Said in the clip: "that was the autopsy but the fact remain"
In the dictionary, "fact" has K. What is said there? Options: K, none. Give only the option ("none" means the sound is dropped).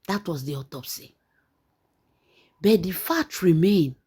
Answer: none